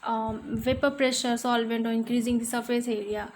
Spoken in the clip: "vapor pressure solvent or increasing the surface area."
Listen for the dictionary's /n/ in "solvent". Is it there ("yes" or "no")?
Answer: yes